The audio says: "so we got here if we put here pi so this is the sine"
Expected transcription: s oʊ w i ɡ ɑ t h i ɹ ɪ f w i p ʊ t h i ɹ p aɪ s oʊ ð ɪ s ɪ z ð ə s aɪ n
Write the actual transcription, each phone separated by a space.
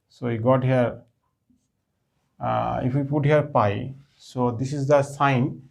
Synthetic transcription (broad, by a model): s oʊ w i ɡ ɑ t h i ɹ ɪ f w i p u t h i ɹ p aɪ s oʊ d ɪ s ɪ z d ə s aɪ n